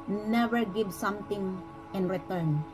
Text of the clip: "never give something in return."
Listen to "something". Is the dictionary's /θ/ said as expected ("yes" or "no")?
no